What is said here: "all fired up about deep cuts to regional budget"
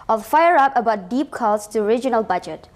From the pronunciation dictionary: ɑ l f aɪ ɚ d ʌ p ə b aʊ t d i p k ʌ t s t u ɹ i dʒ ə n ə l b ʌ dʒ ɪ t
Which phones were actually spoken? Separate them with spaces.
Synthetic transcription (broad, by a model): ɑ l f aɪ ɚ ʌ p ə b aʊ t d i p k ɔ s t u ɹ i dʒ ə n ə l b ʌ dʒ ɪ t